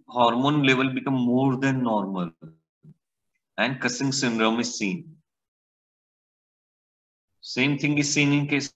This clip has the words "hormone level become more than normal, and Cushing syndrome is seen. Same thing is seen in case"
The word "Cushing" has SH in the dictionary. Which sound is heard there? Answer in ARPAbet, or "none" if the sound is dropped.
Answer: S